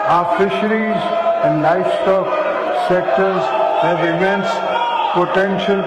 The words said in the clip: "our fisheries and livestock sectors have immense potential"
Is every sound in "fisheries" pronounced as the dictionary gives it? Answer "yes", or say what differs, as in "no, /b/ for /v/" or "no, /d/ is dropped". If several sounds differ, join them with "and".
yes